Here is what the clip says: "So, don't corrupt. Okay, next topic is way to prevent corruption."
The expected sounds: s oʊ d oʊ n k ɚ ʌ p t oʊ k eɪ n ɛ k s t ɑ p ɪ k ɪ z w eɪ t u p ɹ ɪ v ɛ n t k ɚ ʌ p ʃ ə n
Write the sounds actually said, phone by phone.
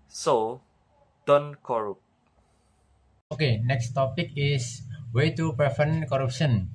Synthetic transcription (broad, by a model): s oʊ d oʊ n k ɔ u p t oʊ k eɪ n ɛ k s t ɑ p ɪ k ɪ s w eɪ t u p ɪ f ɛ n k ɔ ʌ p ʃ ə n